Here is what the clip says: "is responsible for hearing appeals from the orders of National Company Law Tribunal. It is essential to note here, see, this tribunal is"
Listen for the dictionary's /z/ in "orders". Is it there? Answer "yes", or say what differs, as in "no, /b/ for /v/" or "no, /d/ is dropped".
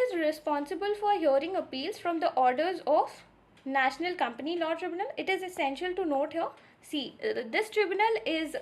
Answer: yes